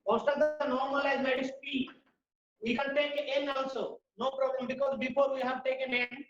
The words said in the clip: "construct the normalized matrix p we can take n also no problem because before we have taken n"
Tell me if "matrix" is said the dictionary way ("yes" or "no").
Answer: no